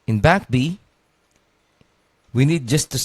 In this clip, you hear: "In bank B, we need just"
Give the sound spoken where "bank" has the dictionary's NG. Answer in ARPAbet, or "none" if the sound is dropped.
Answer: none